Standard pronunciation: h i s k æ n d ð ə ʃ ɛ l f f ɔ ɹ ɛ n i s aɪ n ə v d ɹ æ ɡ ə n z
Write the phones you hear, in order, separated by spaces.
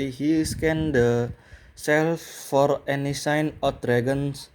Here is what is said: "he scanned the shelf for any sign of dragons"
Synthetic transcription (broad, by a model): h i s k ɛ n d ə s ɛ l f f ɔ ɹ ɛ n i s aɪ n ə f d ɹ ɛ ɡ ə n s